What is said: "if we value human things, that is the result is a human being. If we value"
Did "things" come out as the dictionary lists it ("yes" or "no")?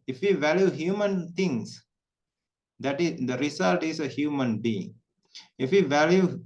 no